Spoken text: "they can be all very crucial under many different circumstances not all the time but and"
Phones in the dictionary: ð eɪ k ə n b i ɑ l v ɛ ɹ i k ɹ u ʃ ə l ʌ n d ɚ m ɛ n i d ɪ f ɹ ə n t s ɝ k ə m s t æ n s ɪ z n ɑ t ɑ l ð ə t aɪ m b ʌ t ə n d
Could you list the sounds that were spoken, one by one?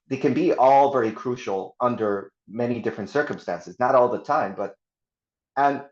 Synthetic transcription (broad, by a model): ð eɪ k ə n b i ɑ l v ɛ ɹ i k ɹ u ʃ l ʌ n d ɚ m ɛ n i d ɪ f ɹ ə n t s ɝ k ə m s t æ n s ɪ z n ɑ t ɑ l ð ə t aɪ m b ʌ t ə n